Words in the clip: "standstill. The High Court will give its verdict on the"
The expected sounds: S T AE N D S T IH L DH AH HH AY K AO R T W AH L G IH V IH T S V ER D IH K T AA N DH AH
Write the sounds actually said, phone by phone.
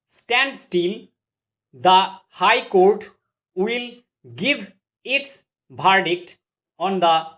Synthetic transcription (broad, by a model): S T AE N D S T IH L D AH HH AY K AO R T W AH L G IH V IH T S B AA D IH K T AA N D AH